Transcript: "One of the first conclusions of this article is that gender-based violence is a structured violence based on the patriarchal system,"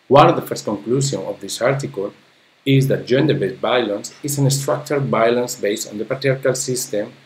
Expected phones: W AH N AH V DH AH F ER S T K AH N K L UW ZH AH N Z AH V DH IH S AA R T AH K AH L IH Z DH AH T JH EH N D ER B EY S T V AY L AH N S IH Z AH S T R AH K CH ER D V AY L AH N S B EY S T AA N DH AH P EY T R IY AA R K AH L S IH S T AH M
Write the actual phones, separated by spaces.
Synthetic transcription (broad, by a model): W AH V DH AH F ER S T K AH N K L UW S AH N AH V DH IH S AA R T AH K AH L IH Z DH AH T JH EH N D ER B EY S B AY L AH N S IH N AH S T R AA K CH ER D B AY L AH N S B EY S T AA N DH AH P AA T R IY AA R K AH L S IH S T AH M